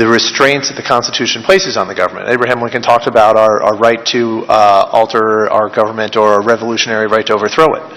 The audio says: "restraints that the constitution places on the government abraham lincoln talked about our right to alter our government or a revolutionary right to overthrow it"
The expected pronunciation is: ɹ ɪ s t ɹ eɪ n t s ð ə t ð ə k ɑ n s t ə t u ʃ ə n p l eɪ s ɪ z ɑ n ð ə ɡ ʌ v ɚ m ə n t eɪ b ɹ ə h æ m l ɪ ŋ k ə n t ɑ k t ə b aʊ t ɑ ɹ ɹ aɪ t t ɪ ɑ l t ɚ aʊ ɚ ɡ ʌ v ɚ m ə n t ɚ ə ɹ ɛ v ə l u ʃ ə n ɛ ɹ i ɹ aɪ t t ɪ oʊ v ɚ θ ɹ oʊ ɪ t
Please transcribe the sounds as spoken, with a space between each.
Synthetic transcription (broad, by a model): ɹ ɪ s t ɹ eɪ n t s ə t ð ə k ɑ n s t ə t u ʃ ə n p l eɪ s ɪ z n ð ə ɡ ʌ v ɚ m ə n t eɪ b ɹ ə h æ m w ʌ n k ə n t ɑ k t ə b aʊ t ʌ ɹ ɹ aɪ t t ɪ ɑ l t ɚ aʊ ɚ ɡ ʌ v ɚ m ə n t ɚ ə ɹ ɛ v ə l u ʃ ə n ɛ ɹ i ɹ aɪ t t ɪ oʊ v ɚ θ ɹ oʊ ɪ t